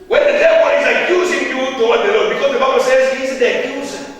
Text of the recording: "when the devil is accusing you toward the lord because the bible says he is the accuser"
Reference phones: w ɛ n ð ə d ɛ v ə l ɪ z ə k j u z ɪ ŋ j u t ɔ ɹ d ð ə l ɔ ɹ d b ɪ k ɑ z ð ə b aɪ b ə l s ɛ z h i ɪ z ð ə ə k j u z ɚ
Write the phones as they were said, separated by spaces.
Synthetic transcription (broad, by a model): w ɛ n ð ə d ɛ w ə n ɪ z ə k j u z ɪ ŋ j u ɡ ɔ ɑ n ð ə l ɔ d b ɪ k ɑ z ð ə b aɪ b ə l s ɛ z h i ɪ z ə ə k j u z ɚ